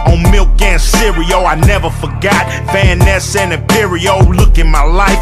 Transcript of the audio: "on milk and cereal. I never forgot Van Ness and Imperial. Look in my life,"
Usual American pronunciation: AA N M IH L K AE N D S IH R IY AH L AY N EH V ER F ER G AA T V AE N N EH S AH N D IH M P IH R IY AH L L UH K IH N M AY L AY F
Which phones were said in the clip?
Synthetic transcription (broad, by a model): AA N M IH L K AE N S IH R IY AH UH AY N EH V ER F ER G AA T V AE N N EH S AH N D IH P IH R IY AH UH L UH K IH N M AY L AY F